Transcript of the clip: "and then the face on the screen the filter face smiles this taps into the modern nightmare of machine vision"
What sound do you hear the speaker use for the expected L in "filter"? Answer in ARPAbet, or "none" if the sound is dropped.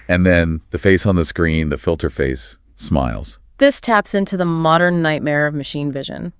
L